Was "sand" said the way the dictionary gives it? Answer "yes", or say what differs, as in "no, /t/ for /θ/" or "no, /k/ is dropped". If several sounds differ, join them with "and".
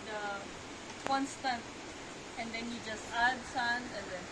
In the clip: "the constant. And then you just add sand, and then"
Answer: no, /d/ is dropped